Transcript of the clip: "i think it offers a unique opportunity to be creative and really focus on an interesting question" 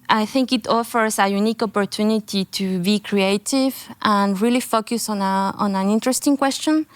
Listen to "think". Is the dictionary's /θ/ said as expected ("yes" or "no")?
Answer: yes